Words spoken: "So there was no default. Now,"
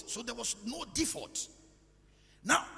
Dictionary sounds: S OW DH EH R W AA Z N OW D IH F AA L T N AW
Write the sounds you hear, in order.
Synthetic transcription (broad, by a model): S OW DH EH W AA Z N OW D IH F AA T N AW